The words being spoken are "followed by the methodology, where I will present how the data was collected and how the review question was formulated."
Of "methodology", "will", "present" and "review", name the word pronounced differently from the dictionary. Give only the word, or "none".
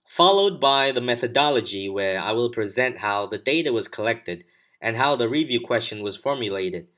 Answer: none